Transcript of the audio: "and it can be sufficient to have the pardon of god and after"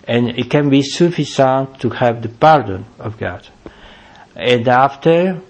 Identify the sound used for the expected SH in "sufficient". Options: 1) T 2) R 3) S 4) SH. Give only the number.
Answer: 3